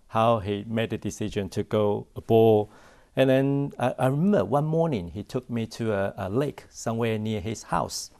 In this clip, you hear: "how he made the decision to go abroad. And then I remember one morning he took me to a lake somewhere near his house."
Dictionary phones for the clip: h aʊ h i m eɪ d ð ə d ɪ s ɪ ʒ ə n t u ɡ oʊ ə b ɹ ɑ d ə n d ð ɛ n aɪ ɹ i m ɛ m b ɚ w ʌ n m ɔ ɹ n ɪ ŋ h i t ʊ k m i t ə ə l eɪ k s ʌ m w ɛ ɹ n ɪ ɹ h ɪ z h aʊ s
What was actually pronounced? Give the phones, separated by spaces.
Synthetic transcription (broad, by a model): h aʊ h i m eɪ d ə d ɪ s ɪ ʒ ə n t u ɡ oʊ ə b ɑ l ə n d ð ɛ n aɪ ɹ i m ɛ m b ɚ w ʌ n m ɔ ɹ n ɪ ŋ h i t ʊ k m i t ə ə l eɪ k s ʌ m w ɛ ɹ n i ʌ h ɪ s h aʊ s